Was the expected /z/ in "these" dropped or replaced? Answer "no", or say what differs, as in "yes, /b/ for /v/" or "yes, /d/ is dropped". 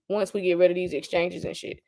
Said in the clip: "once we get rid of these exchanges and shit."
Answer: no